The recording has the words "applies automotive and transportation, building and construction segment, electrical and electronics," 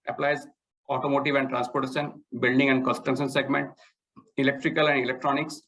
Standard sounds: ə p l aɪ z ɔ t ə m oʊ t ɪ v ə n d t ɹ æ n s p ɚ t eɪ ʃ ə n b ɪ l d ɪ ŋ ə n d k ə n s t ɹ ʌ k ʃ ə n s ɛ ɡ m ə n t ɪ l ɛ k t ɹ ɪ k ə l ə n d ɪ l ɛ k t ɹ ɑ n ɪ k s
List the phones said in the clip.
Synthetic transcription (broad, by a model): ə p l aɪ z ɔ t ə m oʊ t ɪ v ə n d t ɹ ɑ n s p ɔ t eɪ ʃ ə n b ɪ l d ɪ ŋ ə n d k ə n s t ʌ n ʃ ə n s ɛ ɡ m ə n t ɪ l ɛ k t ɹ ɪ k ə l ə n d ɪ l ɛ k t ɹ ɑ n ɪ k s